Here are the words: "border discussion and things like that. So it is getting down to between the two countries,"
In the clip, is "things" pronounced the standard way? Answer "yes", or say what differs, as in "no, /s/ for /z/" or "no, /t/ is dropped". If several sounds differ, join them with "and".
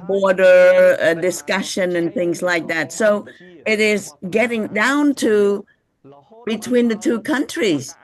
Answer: yes